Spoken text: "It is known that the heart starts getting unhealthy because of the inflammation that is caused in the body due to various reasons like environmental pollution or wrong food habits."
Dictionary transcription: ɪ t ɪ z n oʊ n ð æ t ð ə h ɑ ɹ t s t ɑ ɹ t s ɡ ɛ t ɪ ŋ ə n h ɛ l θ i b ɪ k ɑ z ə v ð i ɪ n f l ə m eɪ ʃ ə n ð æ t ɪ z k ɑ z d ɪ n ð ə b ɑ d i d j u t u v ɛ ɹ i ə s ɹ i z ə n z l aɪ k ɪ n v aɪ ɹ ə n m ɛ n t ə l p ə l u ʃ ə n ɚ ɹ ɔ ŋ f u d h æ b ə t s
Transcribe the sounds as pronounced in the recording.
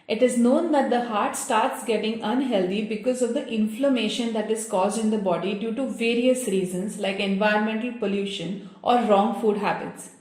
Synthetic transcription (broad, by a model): ɪ t ɪ z n oʊ n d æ t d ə h ɑ ɹ t s t ɑ ɹ t s ɡ ɛ t ɪ ŋ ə n h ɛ l t i b ɪ k ɑ z ə v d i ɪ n f l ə m eɪ ʃ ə n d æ t ɪ z k ɑ z d ɪ n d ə b ɑ d i d j u t u v ɛ ɹ i ə s ɹ i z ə n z l aɪ k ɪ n v aɪ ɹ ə n m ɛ n t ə l p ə l u ʃ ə n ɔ ɹ ɔ ŋ f u d h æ b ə t s